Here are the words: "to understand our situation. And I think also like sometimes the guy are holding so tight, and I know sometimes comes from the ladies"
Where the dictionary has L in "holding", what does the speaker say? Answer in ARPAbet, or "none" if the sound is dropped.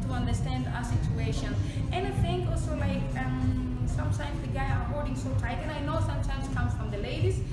none